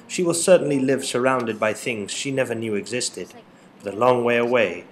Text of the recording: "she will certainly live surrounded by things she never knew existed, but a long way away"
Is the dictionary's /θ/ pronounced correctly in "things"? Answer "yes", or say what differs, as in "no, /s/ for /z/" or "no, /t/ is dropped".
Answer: yes